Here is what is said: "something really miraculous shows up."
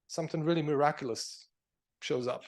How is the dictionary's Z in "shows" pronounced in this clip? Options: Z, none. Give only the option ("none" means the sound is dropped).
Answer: Z